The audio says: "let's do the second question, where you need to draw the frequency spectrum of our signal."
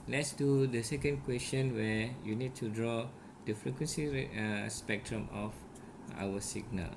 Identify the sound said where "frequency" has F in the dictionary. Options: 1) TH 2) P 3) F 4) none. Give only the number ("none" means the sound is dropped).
3